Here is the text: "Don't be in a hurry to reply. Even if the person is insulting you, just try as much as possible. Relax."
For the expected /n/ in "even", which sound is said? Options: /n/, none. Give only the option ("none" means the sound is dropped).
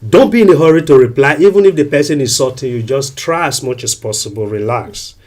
/n/